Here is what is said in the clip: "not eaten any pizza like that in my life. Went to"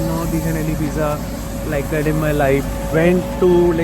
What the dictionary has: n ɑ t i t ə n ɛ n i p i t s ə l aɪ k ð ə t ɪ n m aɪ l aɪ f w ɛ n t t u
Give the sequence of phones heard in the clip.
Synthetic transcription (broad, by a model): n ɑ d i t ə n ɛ l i b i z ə l aɪ k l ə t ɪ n m aɪ l aɪ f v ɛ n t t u